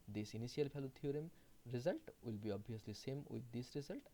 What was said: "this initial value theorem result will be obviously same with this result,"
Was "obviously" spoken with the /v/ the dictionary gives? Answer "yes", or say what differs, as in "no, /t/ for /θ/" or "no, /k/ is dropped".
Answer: no, /v/ is dropped